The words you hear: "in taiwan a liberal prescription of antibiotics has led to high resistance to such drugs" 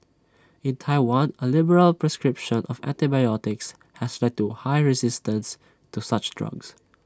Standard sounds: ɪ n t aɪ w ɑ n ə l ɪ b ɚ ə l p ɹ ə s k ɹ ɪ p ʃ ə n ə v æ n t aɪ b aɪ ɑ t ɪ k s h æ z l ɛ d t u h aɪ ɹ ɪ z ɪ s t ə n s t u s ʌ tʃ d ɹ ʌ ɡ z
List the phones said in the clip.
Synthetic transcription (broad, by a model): ɪ n t aɪ w ɑ n ə l ɪ b ɚ ə l p ɹ ə s k ɹ ɪ p ʃ ə n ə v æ n t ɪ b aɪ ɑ t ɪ k s h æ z l ɛ d t u h aɪ ɹ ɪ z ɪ s t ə n s t u s ʌ tʃ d ɹ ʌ ɡ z